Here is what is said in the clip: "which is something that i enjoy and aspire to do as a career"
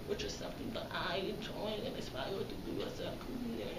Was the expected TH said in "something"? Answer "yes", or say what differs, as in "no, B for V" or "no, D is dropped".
yes